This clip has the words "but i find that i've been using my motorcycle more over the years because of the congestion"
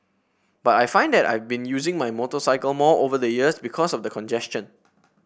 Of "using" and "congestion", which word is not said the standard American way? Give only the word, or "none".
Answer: none